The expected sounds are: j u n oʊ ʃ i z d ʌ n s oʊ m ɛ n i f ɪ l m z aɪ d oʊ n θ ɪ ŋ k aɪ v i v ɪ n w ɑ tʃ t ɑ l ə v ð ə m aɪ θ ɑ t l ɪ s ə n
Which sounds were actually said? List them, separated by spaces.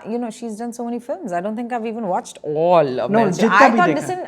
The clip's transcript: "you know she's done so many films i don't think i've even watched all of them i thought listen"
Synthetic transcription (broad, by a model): j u n oʊ ʃ i z d ʌ n s oʊ m ɛ n i f ɪ l m z aɪ d oʊ n t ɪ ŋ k aɪ v i v ɪ n w ɑ tʃ t ɑ l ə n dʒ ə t aɪ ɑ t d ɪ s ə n